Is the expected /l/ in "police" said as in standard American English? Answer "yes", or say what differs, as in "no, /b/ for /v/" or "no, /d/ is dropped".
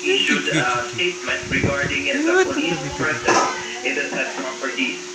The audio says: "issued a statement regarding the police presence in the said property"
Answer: no, /l/ is dropped